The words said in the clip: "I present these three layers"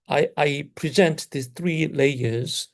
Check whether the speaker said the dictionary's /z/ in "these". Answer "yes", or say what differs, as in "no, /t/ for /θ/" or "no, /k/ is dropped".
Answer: no, /z/ is dropped